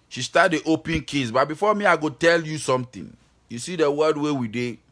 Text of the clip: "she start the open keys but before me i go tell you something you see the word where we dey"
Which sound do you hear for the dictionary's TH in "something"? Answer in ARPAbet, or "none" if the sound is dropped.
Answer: T